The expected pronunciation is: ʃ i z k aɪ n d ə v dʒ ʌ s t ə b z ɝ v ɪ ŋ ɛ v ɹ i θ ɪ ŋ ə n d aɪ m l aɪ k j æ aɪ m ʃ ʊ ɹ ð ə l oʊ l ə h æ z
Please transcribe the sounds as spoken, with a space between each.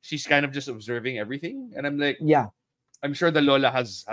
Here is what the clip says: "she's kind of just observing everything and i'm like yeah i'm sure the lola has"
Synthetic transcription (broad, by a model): ʃ i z k aɪ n d ə v dʒ ʌ s t ə b z ɝ v ɪ ŋ ɛ v ɹ i θ ɪ ŋ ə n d aɪ m l aɪ k j æ aɪ m ʃ ʊ ɹ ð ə l oʊ l ə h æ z